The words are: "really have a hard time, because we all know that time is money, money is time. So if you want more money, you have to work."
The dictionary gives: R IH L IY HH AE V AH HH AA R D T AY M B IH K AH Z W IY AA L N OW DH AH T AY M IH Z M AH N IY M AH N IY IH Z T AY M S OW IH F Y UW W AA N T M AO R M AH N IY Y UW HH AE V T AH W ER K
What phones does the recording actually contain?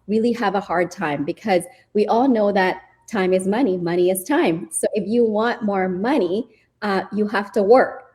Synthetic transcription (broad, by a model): R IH L IY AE V AH HH AA R D T AY M B IH K AH Z W IY AA L N OW DH AH T AY M IH Z M AH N IY M AH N IY IH Z T AY M S OW IH F Y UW W AA N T M AO R M AH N IY Y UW HH AE F T AH W ER K